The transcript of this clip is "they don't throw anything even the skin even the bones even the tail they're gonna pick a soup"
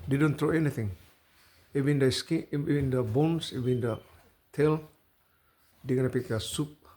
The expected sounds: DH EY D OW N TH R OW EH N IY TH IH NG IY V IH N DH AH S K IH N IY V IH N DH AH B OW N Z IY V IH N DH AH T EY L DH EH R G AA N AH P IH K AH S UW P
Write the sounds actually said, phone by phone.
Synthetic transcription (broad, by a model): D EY D OW N T R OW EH N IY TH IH NG IY V IH N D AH S K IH IY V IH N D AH B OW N S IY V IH N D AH T EY L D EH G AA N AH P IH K AH S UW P